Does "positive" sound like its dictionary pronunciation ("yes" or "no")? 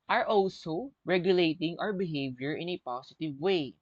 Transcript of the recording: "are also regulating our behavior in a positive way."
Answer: no